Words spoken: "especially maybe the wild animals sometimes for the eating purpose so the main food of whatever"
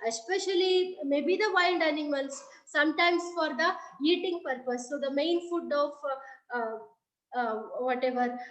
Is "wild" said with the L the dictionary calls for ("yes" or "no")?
no